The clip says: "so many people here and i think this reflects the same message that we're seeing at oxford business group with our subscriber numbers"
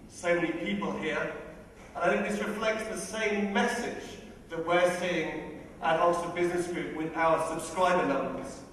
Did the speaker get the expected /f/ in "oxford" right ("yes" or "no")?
no